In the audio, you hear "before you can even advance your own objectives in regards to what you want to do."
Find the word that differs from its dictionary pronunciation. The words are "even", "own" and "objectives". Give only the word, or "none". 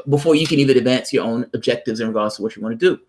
none